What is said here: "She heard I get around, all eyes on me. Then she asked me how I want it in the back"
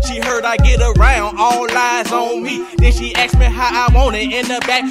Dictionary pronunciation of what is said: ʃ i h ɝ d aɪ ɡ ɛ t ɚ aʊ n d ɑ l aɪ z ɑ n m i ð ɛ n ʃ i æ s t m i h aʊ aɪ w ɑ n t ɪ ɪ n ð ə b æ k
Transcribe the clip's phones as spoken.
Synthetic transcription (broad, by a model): ʃ i h ɝ d aɪ ɡ ɛ t ɚ aʊ n d ɑ l aɪ z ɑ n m i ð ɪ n ʃ i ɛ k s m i h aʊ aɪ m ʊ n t ɪ ɪ n ð ə b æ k